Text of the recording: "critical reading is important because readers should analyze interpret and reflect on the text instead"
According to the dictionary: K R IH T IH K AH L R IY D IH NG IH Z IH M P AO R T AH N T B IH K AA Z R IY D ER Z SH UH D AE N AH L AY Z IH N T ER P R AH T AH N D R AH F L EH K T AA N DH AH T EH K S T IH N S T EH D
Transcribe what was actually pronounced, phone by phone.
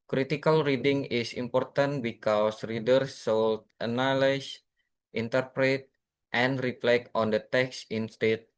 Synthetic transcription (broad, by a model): K R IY T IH K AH L R IY D IH NG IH S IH M P AO R T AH N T B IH K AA S R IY D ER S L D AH N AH L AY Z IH N T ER P R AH T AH N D R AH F L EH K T AA N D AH T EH K S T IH N S T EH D